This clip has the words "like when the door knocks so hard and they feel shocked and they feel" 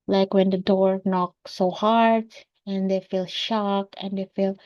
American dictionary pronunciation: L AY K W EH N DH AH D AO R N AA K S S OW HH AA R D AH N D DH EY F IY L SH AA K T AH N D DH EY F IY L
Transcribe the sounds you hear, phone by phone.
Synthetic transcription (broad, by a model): L AY K W EH N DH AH D AO R N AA K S S OW HH AA R D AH N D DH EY F IY L SH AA K AH N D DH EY F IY L